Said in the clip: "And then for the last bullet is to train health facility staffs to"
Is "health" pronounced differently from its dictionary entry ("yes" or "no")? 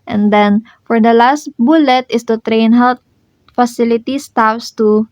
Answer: yes